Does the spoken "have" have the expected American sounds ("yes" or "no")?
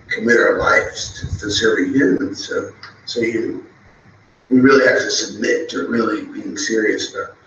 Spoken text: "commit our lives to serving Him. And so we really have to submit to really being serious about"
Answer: no